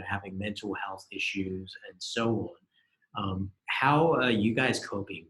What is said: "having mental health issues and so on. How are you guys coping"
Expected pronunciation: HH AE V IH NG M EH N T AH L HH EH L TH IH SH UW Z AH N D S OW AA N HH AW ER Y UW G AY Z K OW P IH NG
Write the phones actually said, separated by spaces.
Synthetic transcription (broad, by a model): HH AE V IH NG M EH N T L HH EH L TH IH SH UW Z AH N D S OW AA N HH AW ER Y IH G AY Z K OW P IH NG